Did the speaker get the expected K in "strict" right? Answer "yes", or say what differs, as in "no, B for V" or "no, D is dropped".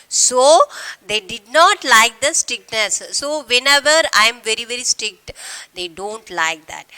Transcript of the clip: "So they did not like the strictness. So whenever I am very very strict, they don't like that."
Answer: yes